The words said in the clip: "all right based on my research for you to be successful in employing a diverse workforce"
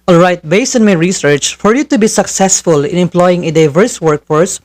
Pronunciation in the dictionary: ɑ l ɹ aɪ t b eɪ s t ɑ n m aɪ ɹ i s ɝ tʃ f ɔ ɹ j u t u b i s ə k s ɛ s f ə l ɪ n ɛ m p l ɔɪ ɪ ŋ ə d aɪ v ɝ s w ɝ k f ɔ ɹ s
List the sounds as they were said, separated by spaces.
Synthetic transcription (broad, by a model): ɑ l ɹ aɪ t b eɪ s ɑ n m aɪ ɹ i s ɝ tʃ f ɔ ɹ j u t u b i s ə k s ɛ s f ə l ɪ n ɛ m p l ɔɪ ɪ ŋ ə d aɪ v ɝ s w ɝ k f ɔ ɹ s